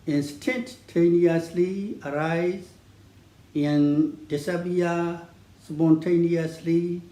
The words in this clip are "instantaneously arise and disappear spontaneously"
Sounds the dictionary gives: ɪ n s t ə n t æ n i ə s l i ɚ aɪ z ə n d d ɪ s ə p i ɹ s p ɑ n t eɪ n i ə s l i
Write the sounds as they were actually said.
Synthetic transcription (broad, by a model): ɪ n s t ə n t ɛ n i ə s l i ɚ aɪ z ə n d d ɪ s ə b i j s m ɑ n t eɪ n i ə s l i